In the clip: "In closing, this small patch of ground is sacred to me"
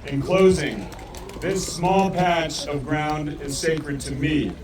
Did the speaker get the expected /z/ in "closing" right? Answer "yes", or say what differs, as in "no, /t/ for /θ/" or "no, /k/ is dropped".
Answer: yes